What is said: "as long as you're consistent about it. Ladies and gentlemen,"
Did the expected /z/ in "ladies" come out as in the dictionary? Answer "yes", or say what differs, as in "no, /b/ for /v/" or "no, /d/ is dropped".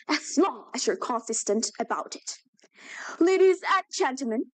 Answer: yes